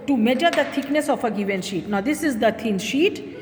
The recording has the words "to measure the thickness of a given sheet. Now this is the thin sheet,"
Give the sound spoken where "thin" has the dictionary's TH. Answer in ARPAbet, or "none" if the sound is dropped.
T